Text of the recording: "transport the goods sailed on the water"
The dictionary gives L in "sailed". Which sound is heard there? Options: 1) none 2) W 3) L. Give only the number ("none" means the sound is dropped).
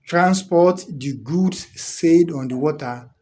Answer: 1